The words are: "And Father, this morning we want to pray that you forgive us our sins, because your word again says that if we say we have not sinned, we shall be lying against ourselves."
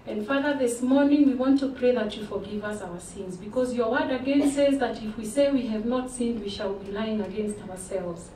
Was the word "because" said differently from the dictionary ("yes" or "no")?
no